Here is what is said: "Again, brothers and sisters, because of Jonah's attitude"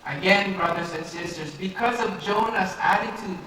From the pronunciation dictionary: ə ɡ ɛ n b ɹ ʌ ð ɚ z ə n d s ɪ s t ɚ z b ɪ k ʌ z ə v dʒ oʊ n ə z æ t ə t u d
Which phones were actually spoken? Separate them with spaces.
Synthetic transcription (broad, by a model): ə ɡ ɛ n b ɹ ʌ ð ɚ z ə n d s ɪ s t ɚ z b ɪ k ʌ z ə v dʒ oʊ n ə s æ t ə t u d